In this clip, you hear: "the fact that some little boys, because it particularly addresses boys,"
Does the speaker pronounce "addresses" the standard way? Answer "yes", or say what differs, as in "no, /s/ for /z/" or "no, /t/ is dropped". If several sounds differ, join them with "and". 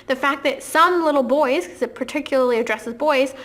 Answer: yes